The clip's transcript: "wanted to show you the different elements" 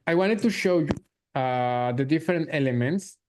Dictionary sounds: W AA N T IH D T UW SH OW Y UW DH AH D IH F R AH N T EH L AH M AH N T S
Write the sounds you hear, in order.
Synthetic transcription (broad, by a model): W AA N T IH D T UW SH OW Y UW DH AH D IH F R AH N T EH L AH M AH N T S